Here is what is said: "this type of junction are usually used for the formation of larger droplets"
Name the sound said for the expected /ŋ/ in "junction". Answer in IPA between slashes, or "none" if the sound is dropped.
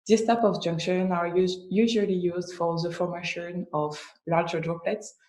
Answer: /ŋ/